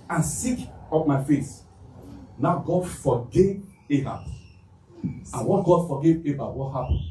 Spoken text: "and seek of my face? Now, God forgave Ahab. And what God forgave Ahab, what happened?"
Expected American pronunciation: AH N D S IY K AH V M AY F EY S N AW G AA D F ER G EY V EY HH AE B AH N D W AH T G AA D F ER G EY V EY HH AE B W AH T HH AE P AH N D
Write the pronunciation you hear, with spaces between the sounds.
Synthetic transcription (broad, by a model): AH N S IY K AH P M AY F EY S N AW G AA D F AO G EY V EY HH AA AH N W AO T G AA D F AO G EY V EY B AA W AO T HH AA P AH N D